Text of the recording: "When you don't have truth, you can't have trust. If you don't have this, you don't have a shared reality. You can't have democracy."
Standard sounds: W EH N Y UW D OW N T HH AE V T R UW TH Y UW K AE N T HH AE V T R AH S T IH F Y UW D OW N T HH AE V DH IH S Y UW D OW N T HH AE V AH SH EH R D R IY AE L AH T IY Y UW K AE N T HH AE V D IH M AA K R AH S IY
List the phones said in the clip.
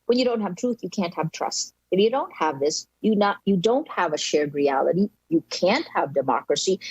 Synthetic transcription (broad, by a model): W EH N Y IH D OW N T HH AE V T R UW TH Y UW K AE N T HH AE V T R AH S T IH F Y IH D OW N T HH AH V DH IH S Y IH D OW N T HH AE V AH SH EH R D R IY AE L AH T IY Y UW K AE N T HH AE V D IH M AA K R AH S IY